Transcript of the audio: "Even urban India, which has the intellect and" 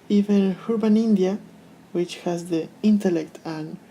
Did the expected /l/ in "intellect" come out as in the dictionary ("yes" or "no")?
yes